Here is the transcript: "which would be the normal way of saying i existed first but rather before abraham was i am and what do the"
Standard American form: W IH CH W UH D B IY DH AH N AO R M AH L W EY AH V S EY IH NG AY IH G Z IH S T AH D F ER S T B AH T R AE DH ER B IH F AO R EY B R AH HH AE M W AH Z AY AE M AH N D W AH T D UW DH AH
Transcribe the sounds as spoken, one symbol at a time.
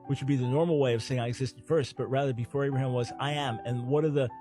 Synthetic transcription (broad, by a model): W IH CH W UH D B IY DH AH N AO R M L W EY AH V S EY IH NG AY IH G Z IH S T AH D F ER S T B AH T R AE DH ER B IH F AO R EY B R AH HH AE M W AH Z AY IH M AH N W AH T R DH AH